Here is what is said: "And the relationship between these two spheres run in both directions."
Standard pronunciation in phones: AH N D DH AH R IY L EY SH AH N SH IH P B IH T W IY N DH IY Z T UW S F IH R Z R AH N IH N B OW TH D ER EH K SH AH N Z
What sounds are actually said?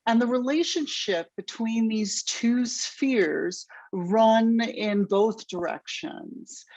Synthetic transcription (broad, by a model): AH N DH AH R IY L EY SH AH N SH IH P B IH T W IY N DH IY Z T UW S F IH R Z R AH N IH N B OW TH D ER EH K SH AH N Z